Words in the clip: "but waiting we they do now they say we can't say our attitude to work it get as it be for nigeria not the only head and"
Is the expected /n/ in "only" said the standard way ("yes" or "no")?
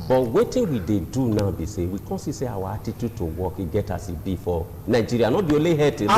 no